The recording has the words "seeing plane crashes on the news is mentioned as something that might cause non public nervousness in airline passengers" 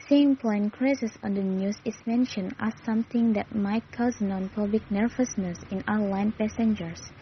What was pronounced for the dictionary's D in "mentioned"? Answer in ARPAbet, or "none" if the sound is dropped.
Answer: none